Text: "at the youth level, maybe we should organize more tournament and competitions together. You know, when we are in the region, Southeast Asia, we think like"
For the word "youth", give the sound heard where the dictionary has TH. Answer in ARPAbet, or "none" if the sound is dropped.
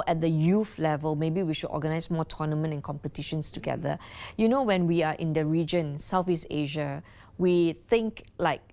F